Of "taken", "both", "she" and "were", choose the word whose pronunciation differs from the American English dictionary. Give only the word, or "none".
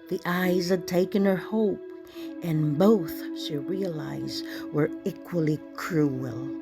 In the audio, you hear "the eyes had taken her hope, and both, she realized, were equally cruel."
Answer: none